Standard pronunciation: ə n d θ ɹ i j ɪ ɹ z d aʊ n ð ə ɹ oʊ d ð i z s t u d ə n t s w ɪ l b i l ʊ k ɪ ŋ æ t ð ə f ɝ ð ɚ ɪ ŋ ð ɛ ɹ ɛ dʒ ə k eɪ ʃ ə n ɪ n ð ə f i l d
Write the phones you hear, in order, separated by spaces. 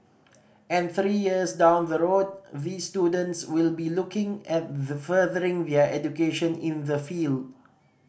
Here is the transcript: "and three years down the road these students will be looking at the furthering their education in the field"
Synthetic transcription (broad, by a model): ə n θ ɹ i j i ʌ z d aʊ n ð ə ɹ oʊ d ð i s t u d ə n t s w ɪ l b i l ʊ k ɪ ŋ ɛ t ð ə f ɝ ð ɚ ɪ ŋ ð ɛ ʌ ɛ dʒ ə k eɪ ʃ ə n ɪ n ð ə f i l d